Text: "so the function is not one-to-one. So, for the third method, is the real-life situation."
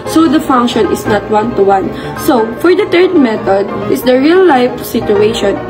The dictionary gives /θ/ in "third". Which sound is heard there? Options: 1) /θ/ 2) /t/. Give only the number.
2